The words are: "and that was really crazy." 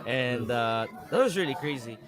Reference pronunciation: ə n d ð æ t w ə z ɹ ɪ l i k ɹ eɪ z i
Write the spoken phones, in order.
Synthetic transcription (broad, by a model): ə n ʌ ð æ t w ə z ɹ ɪ l i k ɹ eɪ z i